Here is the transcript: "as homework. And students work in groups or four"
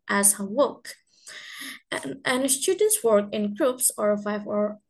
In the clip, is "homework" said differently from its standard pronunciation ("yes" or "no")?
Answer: yes